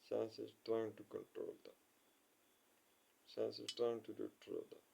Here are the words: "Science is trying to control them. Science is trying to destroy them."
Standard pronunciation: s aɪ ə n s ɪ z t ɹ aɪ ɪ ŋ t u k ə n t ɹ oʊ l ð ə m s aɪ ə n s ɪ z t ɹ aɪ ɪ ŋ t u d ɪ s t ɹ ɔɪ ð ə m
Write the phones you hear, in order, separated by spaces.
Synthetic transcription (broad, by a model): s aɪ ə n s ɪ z t ɹ aɪ ɪ ŋ t u k ə n t ɹ oʊ l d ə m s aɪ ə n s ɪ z t ɹ aɪ ɪ ŋ t u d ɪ t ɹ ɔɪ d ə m